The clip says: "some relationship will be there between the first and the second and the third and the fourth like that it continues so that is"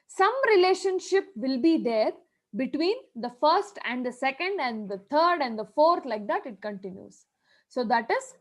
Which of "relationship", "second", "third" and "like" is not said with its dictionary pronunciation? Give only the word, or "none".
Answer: third